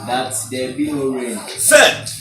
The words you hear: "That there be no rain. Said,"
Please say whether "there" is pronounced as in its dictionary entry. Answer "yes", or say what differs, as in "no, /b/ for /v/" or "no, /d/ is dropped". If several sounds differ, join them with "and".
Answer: no, /l/ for /ɹ/